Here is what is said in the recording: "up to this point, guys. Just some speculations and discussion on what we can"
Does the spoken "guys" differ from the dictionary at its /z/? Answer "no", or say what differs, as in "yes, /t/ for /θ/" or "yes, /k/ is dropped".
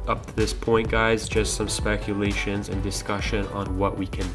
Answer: no